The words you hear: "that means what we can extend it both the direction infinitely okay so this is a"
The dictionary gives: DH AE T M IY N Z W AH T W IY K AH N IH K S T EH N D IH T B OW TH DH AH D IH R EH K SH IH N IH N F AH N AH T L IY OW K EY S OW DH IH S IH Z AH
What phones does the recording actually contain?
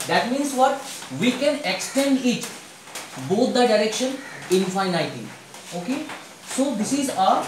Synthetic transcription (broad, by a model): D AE T M IY N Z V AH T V IY K AH N IH K S T EH N D IH T B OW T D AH D IH R EH K SH IH N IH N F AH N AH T IY OW K EY S OW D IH S IH Z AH